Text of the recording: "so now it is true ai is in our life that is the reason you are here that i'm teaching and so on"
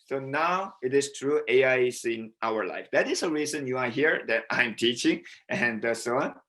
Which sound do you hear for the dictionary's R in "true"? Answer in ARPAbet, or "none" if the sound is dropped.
R